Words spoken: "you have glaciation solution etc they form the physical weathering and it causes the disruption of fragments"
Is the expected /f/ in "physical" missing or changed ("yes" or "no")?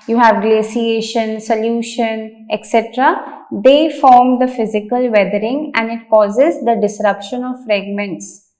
no